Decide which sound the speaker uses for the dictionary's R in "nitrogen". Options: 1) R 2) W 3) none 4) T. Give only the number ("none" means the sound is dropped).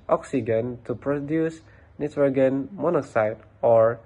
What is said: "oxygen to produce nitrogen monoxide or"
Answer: 2